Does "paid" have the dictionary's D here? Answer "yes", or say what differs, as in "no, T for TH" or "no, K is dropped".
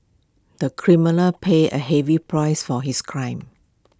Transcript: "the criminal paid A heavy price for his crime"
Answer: no, D is dropped